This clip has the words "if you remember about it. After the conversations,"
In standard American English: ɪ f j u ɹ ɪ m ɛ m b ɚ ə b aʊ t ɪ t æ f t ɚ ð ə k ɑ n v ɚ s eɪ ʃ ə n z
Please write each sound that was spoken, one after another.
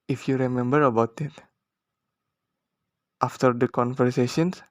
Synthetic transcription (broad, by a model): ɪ f j u ɹ ɪ m ɛ m b ɚ ə b aʊ t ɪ t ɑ f t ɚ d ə k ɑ n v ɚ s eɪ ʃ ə n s